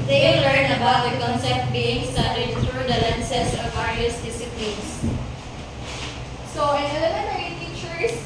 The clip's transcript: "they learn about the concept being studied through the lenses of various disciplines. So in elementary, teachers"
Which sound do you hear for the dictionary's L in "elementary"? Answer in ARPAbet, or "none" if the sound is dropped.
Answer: N